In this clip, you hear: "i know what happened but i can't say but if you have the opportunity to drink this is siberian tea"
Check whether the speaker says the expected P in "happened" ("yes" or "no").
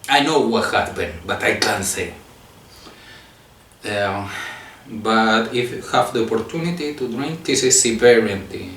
no